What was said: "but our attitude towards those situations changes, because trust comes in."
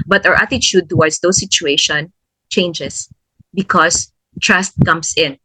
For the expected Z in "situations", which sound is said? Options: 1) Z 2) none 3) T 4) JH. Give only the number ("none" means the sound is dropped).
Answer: 2